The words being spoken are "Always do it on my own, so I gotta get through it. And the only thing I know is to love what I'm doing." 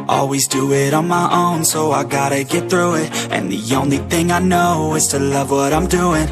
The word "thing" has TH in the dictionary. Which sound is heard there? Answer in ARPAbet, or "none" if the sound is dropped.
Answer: TH